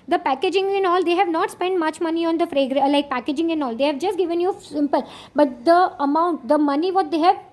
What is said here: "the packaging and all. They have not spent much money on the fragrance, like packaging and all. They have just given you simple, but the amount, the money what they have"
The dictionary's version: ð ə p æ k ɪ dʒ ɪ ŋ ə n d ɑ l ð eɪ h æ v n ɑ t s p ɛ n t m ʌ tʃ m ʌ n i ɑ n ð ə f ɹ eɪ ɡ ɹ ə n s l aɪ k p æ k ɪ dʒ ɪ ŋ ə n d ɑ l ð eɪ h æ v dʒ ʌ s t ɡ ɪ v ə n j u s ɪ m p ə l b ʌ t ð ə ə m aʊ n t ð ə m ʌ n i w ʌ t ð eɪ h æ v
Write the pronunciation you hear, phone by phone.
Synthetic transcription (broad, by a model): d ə p æ k ɪ dʒ ɪ ŋ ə n ɑ l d eɪ h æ v n ɑ t s p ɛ n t m ʌ tʃ m ʌ n i ɑ n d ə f ɹ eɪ ɡ ɹ l aɪ k p æ k ɪ dʒ ɪ ŋ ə n ɑ l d eɪ h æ v dʒ ʌ s t ɡ ɪ v ə n j u s ɪ m p ə l b ʌ t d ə ə m aʊ n t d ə m ʌ n i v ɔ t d eɪ h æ v